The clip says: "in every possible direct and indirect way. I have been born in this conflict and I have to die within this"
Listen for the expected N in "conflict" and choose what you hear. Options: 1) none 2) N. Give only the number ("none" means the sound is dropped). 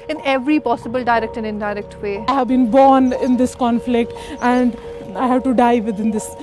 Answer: 2